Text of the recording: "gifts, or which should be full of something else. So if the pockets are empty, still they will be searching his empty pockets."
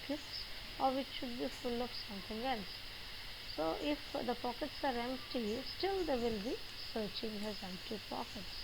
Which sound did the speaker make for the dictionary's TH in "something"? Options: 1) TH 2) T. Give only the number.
2